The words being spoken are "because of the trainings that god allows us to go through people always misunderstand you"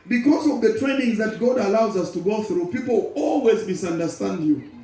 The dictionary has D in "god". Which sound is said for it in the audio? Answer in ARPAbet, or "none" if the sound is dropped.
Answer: D